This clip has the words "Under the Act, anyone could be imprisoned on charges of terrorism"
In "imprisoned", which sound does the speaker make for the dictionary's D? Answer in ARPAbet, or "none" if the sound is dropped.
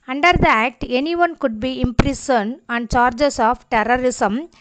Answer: none